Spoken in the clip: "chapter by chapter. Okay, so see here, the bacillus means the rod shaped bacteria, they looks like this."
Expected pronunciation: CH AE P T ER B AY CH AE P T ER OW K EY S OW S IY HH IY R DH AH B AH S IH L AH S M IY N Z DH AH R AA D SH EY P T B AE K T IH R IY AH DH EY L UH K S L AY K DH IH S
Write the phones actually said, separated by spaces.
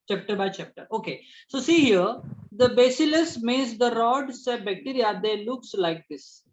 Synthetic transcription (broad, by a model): CH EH P T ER B AY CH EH P T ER OW K EY S OW S IY HH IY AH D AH B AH S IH L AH S M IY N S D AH R AA D S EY B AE K T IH R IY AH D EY L UH K S L AY K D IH S